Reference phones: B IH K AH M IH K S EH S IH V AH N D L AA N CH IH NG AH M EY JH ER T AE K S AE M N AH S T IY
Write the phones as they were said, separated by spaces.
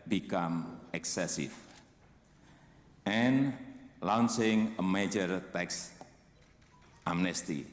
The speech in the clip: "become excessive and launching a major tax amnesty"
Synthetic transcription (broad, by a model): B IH K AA M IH K S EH S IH F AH N L AA N S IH NG AH M EY JH ER T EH K S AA M N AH S T IY